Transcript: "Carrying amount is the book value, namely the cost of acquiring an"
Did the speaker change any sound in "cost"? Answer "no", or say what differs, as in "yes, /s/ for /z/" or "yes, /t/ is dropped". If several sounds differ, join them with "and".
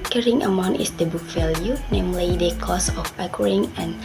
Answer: yes, /t/ is dropped